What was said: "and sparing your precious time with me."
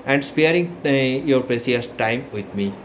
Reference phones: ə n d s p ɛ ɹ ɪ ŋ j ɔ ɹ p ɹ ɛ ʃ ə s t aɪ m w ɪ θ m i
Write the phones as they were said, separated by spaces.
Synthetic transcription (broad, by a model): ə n d s p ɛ ɹ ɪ ŋ j ɔ ɹ p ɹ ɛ s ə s t aɪ m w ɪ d m i